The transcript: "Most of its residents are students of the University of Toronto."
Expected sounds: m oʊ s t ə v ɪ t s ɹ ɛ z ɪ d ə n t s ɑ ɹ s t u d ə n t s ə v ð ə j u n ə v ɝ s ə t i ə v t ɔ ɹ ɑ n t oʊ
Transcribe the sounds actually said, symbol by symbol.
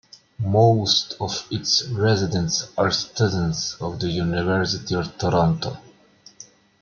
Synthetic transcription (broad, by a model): m oʊ s t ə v ɪ t s ɹ ɛ z ɪ d ə n t s ɑ ɹ s t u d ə n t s ə v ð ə j u n ə v ɝ s ə t i ə v t ɔ ɹ ɑ n t oʊ